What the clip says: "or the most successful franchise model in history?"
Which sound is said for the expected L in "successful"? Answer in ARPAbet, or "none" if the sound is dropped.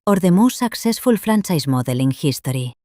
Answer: L